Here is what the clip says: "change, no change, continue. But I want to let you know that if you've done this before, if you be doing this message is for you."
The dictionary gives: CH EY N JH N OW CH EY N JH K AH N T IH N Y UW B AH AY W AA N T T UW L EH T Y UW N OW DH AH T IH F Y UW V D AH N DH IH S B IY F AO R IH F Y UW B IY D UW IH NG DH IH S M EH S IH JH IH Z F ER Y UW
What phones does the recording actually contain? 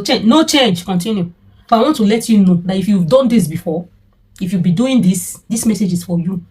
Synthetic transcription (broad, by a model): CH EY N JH N OW CH EY N JH K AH N T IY N Y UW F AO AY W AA N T T UW L EH T Y UW N OW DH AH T IH F Y UW V D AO N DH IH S B IY F AO IH F Y UW B IY D UW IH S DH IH S M EH S IH JH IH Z F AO Y UW